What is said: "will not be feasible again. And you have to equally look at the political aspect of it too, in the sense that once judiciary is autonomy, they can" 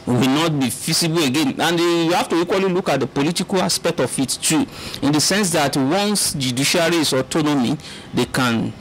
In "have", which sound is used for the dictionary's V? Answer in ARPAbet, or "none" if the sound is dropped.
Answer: F